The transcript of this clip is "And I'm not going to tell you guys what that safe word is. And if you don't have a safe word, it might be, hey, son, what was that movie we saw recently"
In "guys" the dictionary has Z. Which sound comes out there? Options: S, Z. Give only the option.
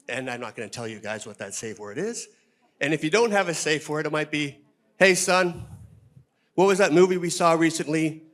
Z